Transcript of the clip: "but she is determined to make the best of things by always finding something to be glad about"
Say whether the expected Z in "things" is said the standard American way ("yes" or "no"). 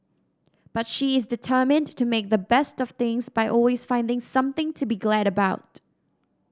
yes